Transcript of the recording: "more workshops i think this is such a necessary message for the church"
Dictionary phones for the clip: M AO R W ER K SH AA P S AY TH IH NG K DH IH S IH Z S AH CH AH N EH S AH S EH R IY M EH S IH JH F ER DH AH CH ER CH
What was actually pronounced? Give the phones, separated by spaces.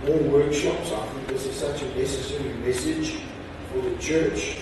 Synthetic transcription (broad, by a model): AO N W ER K SH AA P S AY F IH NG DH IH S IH S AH CH AH N EH S AH S EH R IY M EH S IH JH F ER DH AH CH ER CH